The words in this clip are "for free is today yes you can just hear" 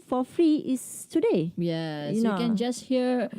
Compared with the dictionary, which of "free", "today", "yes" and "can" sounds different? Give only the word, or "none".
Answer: yes